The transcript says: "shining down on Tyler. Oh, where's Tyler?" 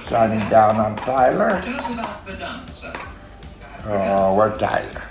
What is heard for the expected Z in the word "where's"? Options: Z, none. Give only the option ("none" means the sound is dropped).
none